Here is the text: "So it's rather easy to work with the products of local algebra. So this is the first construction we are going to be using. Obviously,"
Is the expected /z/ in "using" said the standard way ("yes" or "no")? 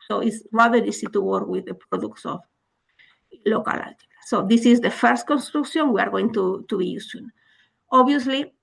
no